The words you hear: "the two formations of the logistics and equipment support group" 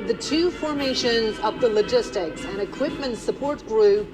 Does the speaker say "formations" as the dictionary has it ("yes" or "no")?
yes